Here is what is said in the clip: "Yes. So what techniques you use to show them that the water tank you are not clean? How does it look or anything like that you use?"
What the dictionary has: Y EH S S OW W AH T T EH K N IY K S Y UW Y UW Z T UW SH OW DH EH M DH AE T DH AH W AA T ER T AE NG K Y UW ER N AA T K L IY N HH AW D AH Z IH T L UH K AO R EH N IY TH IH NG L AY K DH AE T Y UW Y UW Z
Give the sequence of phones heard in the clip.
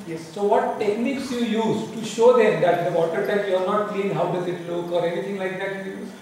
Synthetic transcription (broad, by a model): Y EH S S OW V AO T T EH K N IY K S Y UW Y UW Z T UW SH OW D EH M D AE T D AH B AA T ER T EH K Y UW ER N AA T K L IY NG HH AW D AH Z IH T L UH K AO R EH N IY T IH NG L AY K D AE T Y UW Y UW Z